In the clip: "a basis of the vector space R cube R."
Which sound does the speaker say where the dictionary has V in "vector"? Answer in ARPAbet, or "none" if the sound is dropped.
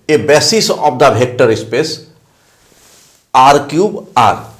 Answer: B